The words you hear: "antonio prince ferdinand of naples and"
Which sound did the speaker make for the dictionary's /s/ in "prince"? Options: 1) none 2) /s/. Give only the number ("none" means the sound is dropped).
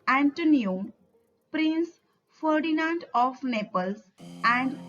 2